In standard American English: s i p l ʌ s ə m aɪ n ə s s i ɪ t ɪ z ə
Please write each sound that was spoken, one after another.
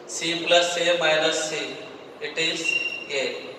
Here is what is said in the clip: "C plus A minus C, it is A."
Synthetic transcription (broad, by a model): s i p l ʌ s ə m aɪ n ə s s i ɪ t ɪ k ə